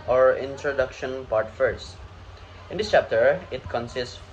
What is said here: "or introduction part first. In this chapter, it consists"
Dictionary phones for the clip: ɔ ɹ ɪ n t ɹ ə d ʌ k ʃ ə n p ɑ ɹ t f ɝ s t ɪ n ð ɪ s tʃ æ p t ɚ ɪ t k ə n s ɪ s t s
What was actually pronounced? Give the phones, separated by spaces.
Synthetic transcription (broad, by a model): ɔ ɹ ɪ n t ɹ ə d ʌ k ʃ ə n p ɑ ɹ t f ɝ s t ɪ n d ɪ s tʃ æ p t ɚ ɪ t k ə n s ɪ s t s